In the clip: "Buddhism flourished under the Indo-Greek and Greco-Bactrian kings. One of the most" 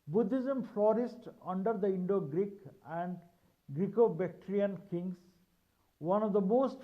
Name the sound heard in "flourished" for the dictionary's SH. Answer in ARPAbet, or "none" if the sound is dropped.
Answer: S